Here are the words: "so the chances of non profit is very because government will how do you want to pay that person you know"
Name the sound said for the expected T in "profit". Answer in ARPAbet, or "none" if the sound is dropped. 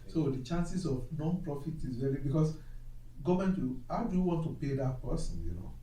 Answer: T